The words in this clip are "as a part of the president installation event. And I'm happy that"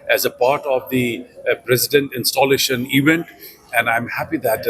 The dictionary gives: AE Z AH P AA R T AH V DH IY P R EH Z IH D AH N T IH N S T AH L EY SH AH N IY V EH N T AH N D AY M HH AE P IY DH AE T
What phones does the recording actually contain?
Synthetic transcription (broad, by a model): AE Z AH P AA R T AH V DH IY P R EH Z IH D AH N T IH N S T AH L EY SH AH N IY V EH N T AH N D AY M HH AE P IY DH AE T